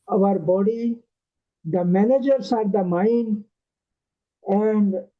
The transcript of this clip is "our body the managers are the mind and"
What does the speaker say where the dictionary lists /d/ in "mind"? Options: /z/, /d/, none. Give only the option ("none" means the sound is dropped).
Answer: none